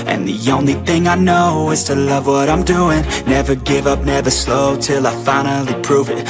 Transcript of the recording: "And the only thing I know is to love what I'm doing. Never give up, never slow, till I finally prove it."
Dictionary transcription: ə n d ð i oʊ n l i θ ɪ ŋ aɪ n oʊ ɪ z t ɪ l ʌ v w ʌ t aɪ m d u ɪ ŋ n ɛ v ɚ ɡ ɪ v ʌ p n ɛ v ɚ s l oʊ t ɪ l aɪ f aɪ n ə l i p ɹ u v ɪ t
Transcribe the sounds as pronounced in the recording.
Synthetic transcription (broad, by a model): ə n ð i oʊ n l i θ ɪ ŋ aɪ n oʊ ɪ z t ɪ l ʌ v w ʌ t aɪ m d u ɪ ŋ n ɛ v ɚ ɡ ɪ v ʌ p n ɛ v ɚ s l oʊ t ɪ l aɪ f aɪ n l i p ɹ u v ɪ t